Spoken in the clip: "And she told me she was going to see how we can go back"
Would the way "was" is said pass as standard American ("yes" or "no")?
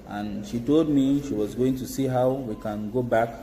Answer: yes